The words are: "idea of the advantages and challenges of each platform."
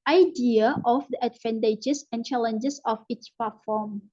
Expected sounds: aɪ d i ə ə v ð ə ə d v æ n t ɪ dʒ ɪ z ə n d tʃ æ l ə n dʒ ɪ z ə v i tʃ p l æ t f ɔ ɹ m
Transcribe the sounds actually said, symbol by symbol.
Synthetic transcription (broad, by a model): aɪ d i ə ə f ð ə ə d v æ n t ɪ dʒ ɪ s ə n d tʃ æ l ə n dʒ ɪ s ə f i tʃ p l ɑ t f ɔ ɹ m